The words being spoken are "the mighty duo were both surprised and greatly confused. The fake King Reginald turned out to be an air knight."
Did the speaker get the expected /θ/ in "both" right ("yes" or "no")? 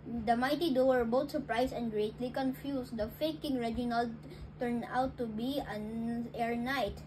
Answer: no